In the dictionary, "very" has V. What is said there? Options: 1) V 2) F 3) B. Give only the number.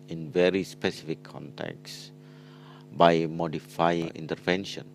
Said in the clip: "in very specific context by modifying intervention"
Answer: 1